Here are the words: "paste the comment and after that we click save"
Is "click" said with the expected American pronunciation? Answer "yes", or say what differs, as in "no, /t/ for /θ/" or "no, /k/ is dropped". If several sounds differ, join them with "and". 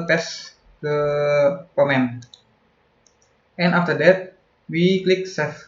yes